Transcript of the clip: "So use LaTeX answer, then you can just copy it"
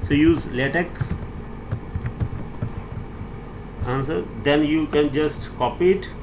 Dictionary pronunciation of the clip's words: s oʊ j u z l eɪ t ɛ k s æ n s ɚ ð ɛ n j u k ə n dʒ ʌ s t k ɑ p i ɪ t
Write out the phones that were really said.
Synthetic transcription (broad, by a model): s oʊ j u z l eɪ t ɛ k æ n s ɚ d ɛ n j u k ə n dʒ ʌ s t k ɑ p i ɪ t